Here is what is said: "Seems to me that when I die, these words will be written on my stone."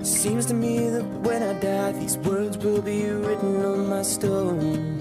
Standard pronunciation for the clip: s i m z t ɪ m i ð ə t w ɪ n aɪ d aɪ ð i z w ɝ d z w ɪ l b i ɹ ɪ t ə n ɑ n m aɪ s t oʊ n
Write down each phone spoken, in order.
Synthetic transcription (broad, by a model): s i m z t ɪ m i ð ə t w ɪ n aɪ d aɪ ð i z w ɝ d z w ɪ l b i ɹ ɪ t n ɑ n m aɪ s t oʊ n